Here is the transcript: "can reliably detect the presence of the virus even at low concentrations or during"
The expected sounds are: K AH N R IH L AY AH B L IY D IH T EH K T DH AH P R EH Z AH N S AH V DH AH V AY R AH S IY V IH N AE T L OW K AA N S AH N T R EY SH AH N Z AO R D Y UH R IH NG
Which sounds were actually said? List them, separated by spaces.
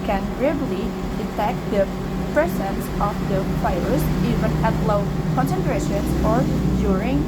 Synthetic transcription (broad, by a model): K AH N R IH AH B L IY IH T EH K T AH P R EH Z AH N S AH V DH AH F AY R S IY V IH N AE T L OW K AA N S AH N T R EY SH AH N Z AO R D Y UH R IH NG